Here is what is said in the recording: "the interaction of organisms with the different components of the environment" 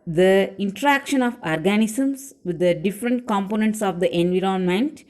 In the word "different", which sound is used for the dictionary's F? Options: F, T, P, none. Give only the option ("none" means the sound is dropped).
F